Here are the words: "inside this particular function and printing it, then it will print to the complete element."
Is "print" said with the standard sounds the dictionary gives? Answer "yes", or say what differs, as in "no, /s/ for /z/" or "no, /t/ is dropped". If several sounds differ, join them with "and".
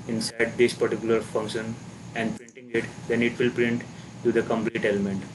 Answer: yes